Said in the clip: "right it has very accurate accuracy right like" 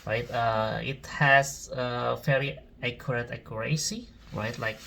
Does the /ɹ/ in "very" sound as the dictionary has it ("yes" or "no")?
no